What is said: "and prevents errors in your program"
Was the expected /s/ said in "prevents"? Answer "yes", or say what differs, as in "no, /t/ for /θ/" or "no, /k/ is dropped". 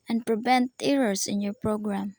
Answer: no, /s/ is dropped